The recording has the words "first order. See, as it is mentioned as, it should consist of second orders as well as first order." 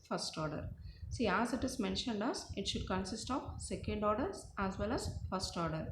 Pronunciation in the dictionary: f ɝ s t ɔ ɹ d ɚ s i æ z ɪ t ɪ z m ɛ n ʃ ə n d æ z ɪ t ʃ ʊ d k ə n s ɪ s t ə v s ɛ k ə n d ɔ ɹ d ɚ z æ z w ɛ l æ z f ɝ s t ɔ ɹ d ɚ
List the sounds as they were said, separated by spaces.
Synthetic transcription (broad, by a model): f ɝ s t ɔ ɹ d ɚ s i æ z ɪ t ɪ z m ɛ n ʃ ə n d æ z ɪ t ʃ ʊ d k ə n s ɪ s t ə v s ɛ k ə n d ɔ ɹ d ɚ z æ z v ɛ l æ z f ɝ s t ɔ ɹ d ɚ